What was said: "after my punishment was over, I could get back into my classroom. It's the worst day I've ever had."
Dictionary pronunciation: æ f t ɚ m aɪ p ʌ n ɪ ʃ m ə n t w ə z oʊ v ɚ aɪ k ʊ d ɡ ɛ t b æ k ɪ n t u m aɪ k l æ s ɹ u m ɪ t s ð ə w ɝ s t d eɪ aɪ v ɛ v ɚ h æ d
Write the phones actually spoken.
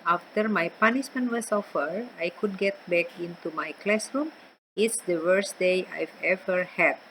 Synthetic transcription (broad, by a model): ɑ f t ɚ m aɪ p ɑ n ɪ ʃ m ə n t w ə s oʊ f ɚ aɪ k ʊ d ɡ ɛ t b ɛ k ɪ n t u m aɪ k l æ s ɹ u m ɪ t s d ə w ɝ s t d eɪ aɪ v ɛ v ɚ h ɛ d